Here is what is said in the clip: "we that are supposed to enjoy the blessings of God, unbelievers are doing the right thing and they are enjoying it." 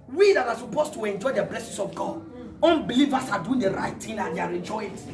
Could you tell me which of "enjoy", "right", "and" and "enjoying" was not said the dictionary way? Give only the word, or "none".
enjoying